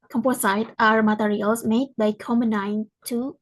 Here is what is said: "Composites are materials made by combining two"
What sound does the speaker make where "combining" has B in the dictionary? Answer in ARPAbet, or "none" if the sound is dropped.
none